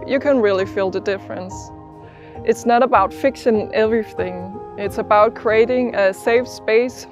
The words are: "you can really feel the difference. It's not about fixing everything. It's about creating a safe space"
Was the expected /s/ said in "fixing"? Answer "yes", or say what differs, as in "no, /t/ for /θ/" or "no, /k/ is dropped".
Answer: no, /ʃ/ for /s/